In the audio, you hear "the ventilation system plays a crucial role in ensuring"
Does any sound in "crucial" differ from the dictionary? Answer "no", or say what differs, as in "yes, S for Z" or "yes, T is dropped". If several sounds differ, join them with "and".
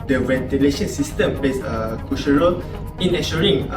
yes, R is dropped